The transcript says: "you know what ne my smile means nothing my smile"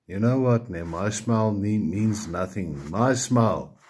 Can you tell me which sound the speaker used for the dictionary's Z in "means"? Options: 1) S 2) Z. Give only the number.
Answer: 2